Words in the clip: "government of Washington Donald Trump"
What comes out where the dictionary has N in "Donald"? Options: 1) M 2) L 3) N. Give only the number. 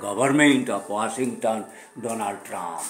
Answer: 3